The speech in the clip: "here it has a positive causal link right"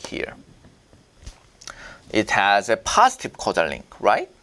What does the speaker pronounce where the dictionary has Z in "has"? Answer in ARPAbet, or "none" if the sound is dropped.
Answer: Z